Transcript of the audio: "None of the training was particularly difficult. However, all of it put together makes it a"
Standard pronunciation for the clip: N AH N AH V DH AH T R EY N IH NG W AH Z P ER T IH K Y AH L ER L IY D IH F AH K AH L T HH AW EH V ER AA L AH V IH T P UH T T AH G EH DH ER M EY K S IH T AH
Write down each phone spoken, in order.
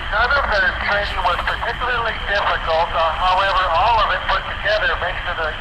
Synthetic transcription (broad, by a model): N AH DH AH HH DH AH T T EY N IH W AH Z P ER T IH K Y L ER L IY D IH F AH K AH L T HH AW EH V ER AA L AH V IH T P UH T T AH G EH DH ER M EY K IH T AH